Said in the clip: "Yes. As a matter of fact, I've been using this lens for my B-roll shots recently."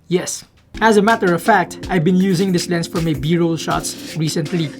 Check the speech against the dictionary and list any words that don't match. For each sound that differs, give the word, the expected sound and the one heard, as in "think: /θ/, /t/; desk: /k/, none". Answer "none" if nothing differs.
lens: /z/, /s/